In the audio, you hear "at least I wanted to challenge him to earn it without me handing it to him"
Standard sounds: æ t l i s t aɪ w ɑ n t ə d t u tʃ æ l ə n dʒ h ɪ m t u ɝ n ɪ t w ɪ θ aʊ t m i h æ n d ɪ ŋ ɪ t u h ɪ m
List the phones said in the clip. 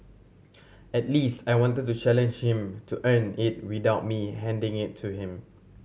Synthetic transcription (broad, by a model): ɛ t l i s t aɪ w ɑ n t ə d t u tʃ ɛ l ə n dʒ h ɪ m t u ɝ n ɪ t w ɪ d aʊ t m i h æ n d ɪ ŋ ɪ t u h ɪ m